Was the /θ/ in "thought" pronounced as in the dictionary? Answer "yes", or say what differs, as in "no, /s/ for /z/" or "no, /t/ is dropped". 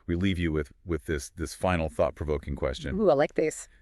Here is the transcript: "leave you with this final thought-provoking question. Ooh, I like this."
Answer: yes